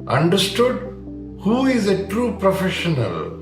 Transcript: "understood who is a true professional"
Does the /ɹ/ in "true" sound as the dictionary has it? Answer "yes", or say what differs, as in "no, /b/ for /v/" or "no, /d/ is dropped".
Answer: yes